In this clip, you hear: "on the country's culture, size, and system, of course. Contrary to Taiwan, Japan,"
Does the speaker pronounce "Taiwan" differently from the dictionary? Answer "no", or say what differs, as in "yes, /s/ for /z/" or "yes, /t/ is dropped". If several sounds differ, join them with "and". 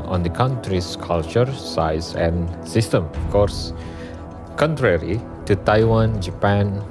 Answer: no